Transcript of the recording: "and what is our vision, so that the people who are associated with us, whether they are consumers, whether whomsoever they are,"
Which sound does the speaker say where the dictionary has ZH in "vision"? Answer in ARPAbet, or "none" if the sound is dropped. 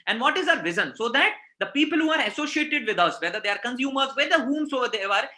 Z